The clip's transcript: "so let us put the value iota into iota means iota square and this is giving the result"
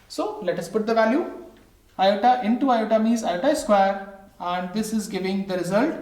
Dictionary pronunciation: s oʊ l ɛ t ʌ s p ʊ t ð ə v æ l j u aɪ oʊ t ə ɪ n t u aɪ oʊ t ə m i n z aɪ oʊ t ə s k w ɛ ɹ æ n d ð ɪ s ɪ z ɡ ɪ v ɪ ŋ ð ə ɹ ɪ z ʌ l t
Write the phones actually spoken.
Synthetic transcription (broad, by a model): s oʊ l ɛ t ʌ s p ʊ t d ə v æ l j u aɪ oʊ t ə ɪ n t u aɪ oʊ t ə m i z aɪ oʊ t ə s k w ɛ ɹ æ n d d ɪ s ɪ z ɡ ɪ v ɪ ŋ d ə ɹ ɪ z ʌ l t